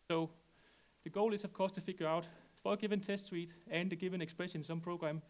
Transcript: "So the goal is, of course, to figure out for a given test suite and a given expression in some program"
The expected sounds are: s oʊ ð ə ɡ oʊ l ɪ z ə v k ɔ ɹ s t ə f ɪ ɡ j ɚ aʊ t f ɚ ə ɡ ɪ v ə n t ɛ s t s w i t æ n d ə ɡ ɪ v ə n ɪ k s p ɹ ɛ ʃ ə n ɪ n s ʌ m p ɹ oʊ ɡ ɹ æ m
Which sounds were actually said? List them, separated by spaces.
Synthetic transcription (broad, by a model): s oʊ ð ə ɡ oʊ l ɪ s ə v k ɔ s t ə f ɪ ɡ j ɚ aʊ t f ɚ ə ɡ ɪ v ə n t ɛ s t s w i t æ n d ə ɡ ɪ v ə n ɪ k s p ɹ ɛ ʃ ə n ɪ n s ʌ m p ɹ oʊ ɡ ɹ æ m